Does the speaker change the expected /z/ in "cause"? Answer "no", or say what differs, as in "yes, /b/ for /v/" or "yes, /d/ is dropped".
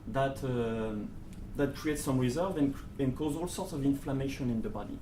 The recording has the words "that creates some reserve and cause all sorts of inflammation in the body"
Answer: no